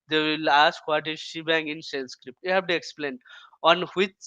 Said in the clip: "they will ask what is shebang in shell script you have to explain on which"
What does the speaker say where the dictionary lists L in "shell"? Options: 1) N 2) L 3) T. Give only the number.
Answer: 1